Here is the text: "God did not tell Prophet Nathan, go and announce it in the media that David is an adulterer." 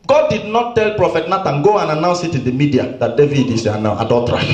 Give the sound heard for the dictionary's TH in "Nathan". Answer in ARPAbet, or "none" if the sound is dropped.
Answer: T